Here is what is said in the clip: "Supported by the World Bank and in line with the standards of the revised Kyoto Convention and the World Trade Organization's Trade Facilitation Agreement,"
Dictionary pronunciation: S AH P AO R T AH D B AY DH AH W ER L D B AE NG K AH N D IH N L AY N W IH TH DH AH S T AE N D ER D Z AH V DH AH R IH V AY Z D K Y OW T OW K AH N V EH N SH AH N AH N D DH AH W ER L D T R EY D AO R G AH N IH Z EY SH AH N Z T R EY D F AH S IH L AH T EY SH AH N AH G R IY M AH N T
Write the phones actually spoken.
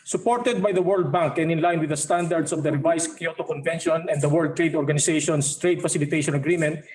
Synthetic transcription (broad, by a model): S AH P AO R T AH D B AY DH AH W ER L D B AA NG K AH N IH N L AY N W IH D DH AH S T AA N D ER D S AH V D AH R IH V AY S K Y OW T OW K AH N V EH N SH AH N AH N D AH W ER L D T R EY D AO R G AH N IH S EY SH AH N S T R EY D F AH S IH L AH T EY SH AH N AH G R IY M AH N T